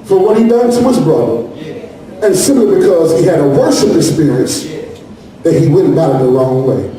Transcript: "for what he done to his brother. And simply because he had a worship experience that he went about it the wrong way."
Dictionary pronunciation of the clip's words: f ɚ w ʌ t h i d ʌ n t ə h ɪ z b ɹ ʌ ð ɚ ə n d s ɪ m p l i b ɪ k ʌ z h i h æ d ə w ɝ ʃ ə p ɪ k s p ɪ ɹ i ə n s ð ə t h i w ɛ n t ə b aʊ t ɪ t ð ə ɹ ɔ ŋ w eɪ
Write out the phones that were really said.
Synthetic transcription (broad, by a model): f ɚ w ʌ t h i d ʌ n t ə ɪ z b ɹ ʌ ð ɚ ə n s ɪ m p l i b ɪ k ʌ z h i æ d ə w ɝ s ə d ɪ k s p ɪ ɹ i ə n s ð ə t h i w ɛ n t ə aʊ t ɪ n ð ə l ɔ ŋ w eɪ